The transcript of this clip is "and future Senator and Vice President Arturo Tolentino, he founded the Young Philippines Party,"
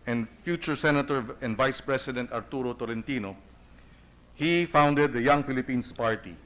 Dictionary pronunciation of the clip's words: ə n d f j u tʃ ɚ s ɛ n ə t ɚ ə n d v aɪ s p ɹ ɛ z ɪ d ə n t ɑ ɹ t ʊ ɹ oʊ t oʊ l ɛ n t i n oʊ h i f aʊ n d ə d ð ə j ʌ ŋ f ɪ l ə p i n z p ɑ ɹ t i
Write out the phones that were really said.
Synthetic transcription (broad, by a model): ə n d f j u tʃ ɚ s ɛ n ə t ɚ ə n d v aɪ s p ɹ ɛ s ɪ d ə n t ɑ ɹ t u ɹ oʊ t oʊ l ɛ n t i n oʊ h i f aʊ n d ə d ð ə j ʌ ŋ f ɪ l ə p i n s p ɑ ɹ t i